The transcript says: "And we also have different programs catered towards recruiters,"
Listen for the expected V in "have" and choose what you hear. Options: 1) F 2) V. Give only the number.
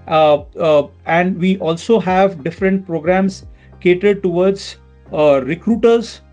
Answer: 2